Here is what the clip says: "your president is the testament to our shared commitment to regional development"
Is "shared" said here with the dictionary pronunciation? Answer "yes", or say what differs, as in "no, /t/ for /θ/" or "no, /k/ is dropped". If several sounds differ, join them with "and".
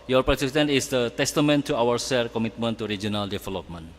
no, /s/ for /ʃ/